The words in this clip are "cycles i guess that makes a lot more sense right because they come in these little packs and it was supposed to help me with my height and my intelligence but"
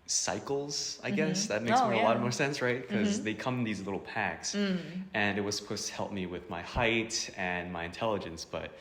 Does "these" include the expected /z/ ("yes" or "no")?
yes